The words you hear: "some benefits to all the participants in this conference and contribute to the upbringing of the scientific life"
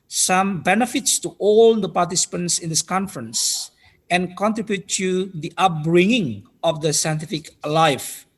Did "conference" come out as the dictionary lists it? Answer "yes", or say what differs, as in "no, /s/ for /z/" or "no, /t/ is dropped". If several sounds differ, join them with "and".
yes